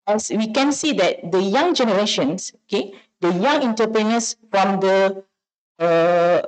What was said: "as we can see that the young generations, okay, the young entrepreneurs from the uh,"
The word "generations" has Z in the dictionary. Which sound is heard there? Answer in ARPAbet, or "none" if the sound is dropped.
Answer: S